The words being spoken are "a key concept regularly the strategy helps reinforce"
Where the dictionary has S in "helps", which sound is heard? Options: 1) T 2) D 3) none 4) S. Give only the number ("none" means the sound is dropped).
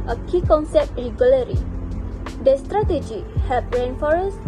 3